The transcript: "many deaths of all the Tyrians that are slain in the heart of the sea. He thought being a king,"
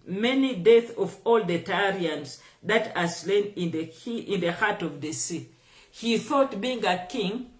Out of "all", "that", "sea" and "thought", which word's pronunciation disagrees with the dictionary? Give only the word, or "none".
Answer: none